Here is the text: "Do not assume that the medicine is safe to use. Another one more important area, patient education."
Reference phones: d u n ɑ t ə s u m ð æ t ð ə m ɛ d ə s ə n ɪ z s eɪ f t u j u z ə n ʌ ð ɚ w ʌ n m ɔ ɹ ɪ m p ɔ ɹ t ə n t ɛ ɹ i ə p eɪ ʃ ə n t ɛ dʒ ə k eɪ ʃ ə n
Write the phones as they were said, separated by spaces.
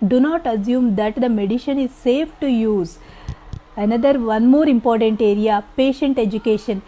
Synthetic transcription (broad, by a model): d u n ɑ t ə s u m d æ t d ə m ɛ d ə ʃ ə n ɪ z s eɪ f t u j u z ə n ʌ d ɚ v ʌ n m ɔ ɹ ɪ m p ɔ ɹ t ə n t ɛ ɹ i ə p eɪ ʃ ə n t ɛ dʒ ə k eɪ ʃ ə n